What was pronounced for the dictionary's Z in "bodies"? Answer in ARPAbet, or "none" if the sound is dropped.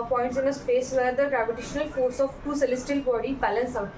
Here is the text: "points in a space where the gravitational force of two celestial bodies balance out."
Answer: none